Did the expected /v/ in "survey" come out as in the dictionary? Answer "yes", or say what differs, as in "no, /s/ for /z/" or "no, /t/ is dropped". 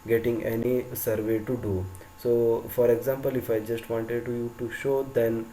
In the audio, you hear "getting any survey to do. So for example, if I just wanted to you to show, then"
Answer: yes